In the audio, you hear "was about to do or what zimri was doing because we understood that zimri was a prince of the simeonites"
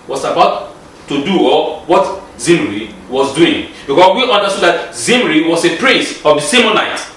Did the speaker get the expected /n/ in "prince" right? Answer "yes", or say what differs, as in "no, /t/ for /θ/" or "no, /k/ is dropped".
no, /n/ is dropped